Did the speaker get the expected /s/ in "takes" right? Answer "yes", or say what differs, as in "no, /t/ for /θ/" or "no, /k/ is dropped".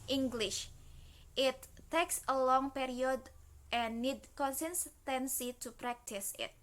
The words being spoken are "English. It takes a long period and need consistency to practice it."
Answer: yes